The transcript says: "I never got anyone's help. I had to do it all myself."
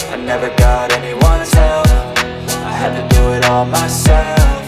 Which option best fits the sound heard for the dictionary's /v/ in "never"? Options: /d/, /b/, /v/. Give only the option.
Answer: /v/